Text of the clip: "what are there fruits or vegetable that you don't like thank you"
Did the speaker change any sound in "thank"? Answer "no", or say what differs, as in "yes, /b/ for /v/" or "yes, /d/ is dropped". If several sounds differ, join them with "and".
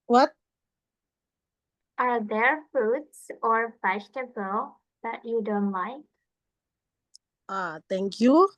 yes, /t/ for /θ/